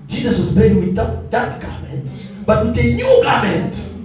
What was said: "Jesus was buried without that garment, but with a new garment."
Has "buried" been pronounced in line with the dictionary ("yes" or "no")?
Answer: no